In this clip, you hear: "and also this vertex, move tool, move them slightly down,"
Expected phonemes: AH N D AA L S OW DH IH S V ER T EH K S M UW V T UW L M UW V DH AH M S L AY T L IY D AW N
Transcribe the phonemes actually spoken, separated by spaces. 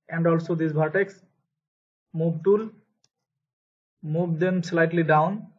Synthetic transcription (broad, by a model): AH N D AA L S OW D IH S B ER T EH K S M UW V T UW L M UW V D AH M S L AY T L IY D AW N